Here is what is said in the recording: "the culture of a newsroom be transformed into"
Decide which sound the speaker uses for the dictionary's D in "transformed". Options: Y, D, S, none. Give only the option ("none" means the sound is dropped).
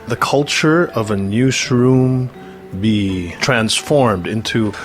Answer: D